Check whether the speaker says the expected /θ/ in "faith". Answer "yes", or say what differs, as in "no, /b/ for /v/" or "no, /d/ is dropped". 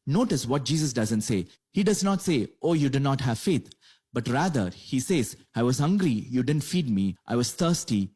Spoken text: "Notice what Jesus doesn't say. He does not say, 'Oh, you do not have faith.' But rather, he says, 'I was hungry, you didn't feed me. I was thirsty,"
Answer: no, /t/ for /θ/